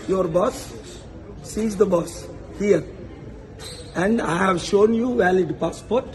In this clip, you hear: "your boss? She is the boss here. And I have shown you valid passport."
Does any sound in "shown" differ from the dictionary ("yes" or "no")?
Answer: no